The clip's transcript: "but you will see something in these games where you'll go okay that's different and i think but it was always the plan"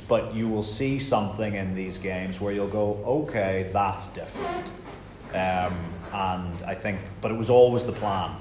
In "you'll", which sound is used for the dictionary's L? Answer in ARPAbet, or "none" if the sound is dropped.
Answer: L